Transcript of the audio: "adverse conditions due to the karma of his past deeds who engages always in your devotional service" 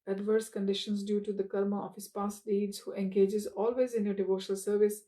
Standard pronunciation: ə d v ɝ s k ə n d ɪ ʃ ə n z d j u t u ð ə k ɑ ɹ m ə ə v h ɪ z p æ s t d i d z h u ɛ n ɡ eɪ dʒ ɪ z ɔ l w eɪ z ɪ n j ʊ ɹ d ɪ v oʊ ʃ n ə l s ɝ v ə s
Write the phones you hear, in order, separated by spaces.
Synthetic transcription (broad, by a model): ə d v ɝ s k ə n d ɪ ʃ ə n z d j u t u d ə k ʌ ɹ m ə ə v h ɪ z p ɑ s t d i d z h u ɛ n ɡ eɪ dʒ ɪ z ɔ l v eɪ z ɪ n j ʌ d ɪ v oʊ ʃ n ə l s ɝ v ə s